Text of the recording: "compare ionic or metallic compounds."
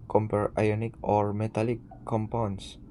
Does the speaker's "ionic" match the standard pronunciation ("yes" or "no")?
yes